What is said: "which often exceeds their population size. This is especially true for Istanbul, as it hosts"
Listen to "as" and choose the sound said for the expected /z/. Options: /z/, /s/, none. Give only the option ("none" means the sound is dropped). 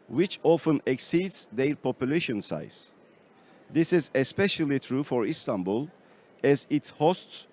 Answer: /z/